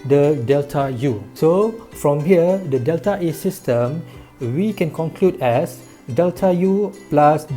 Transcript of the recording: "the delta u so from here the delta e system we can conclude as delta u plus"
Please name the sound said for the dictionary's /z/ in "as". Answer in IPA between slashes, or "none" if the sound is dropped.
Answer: /s/